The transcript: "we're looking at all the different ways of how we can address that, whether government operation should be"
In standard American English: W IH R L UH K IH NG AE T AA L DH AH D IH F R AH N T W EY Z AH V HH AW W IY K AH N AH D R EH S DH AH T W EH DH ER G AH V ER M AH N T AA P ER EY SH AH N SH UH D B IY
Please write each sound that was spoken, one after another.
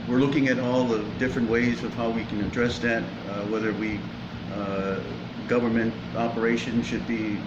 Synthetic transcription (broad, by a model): W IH R L UH K IH NG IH T AA L DH AH D IH F R AH N T W EY Z AH V HH AW W IY K AH N AH D R EH S DH AH T W EH DH ER G AH V ER M AH N T AA P ER EY SH AH N SH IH D B IY